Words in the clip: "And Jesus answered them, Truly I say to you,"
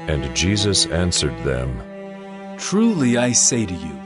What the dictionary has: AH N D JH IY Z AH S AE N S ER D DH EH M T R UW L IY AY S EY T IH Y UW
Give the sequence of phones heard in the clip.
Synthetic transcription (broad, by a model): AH N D JH IY Z AH S AE N S ER D DH EH M T R UW L IY AY S EY T IH Y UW